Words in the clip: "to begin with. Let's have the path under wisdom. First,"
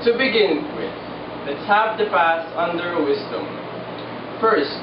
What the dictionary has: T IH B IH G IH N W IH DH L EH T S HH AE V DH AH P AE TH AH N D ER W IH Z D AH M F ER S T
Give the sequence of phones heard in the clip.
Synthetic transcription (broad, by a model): T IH B IH G IH N W IH DH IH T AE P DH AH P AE S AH N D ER W IH Z D AH M F ER S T